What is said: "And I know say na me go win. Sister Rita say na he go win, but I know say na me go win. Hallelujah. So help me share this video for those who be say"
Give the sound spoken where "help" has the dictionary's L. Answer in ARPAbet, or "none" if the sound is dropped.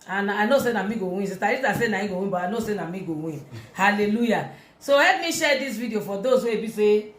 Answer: none